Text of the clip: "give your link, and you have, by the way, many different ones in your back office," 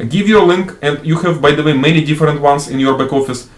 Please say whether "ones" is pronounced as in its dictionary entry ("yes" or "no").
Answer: no